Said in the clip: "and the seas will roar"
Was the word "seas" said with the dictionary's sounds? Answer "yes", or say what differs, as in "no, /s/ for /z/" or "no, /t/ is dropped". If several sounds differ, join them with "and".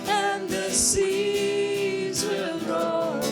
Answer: yes